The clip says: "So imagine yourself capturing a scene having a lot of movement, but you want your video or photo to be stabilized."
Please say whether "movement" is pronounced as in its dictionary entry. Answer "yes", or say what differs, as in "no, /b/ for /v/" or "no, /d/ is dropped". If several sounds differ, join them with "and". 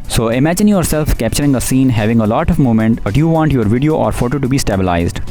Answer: no, /v/ is dropped